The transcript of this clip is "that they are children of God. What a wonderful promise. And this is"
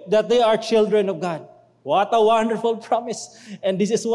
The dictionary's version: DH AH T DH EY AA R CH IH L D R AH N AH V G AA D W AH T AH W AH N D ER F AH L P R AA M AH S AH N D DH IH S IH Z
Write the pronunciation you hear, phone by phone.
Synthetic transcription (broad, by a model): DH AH T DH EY AA R CH IH L D R AH N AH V G AA D W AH T AH W AH N D ER F AH L P R AA M AH S AH N D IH S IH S